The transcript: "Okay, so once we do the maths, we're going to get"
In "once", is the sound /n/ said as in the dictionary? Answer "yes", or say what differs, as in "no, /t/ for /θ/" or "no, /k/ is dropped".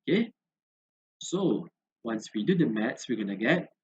yes